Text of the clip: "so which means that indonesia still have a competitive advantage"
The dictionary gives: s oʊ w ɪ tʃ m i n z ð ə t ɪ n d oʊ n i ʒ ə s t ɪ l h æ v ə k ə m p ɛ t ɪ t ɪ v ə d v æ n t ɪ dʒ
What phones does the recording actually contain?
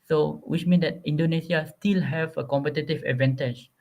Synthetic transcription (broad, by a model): s oʊ w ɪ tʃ m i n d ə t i n d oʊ n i s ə s t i l h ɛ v ə k ə m p ɛ t ɪ t ɪ v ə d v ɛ n t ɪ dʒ